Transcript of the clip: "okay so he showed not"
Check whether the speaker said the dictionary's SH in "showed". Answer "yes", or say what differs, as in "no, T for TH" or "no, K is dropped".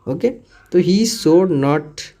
no, S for SH